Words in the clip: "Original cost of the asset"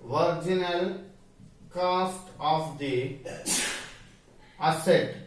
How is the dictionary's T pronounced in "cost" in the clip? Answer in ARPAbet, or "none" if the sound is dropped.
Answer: T